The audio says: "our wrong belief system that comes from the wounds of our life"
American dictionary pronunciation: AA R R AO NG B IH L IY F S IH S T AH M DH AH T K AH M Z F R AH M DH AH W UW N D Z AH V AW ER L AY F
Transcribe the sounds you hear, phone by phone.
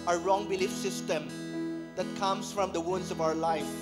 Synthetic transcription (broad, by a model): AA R R AO NG B IH L IY F S IH S T AH M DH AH T K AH M S F R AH M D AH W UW N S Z AH V AW ER L AY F